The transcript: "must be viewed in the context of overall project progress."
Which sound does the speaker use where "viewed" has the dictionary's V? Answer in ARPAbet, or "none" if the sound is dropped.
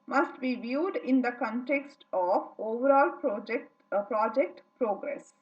V